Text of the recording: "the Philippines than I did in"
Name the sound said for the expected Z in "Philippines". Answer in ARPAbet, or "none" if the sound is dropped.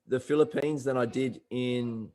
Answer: Z